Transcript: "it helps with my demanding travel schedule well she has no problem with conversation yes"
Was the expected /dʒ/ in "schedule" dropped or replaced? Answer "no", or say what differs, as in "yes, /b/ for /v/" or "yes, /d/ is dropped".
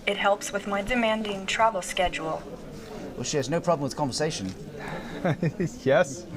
no